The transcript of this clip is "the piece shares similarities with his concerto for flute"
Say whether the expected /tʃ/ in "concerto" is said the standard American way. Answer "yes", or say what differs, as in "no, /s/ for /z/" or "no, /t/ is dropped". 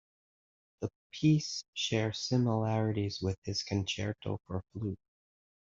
yes